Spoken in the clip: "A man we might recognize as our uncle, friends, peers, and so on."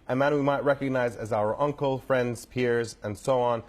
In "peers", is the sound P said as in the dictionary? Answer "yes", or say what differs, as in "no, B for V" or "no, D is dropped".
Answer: yes